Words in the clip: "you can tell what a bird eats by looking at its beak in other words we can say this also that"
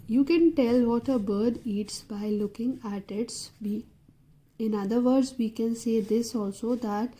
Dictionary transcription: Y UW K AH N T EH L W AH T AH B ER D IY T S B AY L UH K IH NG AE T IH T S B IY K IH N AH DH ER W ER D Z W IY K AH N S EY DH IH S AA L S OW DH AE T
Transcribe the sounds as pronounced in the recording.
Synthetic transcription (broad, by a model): Y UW K AH N T EH L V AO T AH B ER D IY T S B AY L UH K IH NG AE T IH T S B IY IH N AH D ER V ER D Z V IY K AH N S EY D IH S AA L S OW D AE T